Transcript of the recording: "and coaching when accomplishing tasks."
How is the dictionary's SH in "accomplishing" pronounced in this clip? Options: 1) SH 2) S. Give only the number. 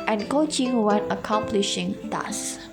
1